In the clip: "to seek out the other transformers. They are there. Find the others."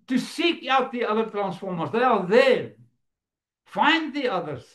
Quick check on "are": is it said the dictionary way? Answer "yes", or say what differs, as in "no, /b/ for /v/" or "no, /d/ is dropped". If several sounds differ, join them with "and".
no, /l/ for /ɹ/